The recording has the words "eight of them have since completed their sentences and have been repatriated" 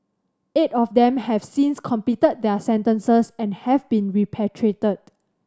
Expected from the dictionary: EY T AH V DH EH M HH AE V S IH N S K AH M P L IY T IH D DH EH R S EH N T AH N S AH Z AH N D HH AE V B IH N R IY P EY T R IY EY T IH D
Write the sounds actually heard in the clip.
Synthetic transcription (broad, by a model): EY T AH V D EH M HH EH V S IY N S K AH M P IY T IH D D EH S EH N T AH N S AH S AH N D HH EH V B IH N R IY P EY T R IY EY T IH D